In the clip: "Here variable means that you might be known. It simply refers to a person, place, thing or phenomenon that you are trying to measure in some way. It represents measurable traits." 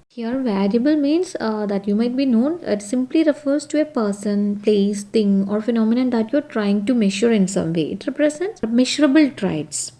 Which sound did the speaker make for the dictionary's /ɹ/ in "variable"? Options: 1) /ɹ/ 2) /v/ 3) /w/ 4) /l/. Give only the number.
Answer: 4